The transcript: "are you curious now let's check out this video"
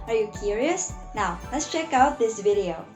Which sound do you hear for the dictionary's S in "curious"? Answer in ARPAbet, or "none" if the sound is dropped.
S